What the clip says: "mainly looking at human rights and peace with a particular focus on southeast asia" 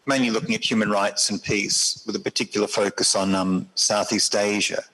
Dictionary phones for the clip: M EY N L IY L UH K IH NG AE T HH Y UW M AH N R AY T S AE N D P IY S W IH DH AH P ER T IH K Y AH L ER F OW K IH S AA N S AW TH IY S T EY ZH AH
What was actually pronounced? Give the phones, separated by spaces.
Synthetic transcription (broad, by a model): M EY N L IY L UH K IH NG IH T HH Y UW M AH N R AY T S N P IY S W IH DH AH P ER T IH K Y L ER F OW K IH S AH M S AW TH IY S T EY ZH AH